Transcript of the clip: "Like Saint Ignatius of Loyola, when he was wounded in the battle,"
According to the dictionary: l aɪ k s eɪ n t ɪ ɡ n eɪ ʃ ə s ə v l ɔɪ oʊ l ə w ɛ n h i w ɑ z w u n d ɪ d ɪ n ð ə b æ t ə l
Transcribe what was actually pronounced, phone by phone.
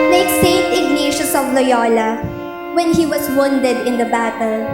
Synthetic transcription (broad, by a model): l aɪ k s eɪ n t ɪ ɡ n eɪ ʃ ə s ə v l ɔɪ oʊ l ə w ɛ n h i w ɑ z w u n d ɪ d ɪ n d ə b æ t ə l